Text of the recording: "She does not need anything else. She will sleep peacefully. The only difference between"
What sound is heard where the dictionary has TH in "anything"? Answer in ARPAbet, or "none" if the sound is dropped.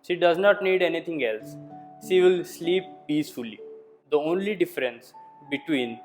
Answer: T